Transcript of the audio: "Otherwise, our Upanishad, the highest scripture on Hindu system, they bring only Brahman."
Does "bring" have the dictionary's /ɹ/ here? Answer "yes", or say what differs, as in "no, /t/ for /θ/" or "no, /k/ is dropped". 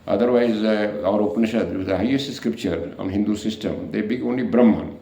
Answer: no, /ɹ/ is dropped